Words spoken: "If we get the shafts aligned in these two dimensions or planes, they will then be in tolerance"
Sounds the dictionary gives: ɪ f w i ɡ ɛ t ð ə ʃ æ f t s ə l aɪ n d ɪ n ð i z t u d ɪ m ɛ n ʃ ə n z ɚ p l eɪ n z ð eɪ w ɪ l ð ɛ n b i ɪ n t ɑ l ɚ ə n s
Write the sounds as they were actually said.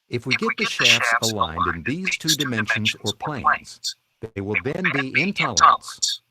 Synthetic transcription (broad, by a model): ɪ f w i ɡ ɛ t ð ə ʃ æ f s ə l aɪ n d ɪ n ð i z t u d ɪ m ɛ n ʃ ə n z ɚ p l eɪ n z ð eɪ w ɪ l ð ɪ n b i ɪ n t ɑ l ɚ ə n s